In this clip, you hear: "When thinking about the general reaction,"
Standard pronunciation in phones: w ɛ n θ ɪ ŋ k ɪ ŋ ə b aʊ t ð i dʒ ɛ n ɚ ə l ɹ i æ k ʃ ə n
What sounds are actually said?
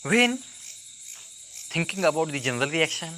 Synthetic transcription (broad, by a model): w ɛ n t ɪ ŋ k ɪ ŋ ə b aʊ t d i dʒ ɛ n ɚ ə l ɹ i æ k ʃ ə n